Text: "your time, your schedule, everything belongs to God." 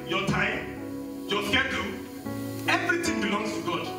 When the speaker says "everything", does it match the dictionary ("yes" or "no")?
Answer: no